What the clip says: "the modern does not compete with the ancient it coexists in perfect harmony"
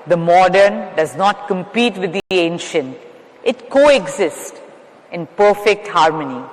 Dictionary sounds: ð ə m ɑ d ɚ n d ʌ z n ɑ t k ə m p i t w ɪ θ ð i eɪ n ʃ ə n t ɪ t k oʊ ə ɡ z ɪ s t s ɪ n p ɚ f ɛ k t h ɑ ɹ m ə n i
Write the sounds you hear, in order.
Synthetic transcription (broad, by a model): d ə m ɑ d ɚ n d ʌ z n ɑ t k ə m p i t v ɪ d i eɪ n ʃ ə n t ɪ t k oʊ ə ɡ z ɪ s t ɪ n p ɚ f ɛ k t h ɑ ɹ m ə n i